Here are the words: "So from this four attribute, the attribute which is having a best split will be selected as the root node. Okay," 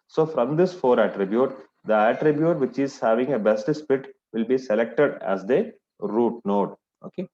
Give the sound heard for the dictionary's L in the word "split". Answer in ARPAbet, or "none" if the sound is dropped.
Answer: none